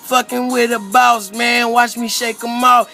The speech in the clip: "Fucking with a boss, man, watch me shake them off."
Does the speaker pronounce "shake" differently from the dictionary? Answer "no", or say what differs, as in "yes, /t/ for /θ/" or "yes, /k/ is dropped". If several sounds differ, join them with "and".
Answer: no